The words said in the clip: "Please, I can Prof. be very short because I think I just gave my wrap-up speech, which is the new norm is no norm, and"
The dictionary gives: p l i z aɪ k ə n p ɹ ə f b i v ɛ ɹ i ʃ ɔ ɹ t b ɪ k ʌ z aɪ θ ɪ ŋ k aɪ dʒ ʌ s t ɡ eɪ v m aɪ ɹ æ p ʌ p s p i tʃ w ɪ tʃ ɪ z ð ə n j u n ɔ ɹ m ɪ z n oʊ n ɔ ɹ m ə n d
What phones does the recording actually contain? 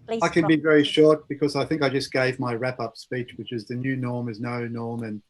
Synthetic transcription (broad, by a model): aɪ k ə n b i v ɛ ɹ i ʃ ɔ ɹ t b ɪ k ʌ z aɪ θ ɪ ŋ k aɪ dʒ ʌ s ɡ eɪ v m aɪ ɹ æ p ʌ p s p i tʃ w ɪ tʃ ɪ z ð ə n j u n ɔ ɹ m ɪ z n oʊ n ɔ ɹ m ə n